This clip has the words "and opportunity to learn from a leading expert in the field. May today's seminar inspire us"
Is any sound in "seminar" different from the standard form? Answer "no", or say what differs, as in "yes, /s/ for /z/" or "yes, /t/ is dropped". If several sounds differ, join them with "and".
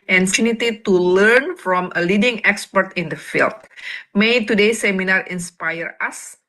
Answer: no